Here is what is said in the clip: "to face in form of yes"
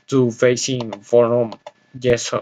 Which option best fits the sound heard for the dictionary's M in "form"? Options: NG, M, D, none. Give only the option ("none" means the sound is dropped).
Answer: none